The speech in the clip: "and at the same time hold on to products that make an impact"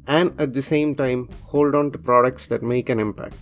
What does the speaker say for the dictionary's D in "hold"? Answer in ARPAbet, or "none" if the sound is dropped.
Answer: D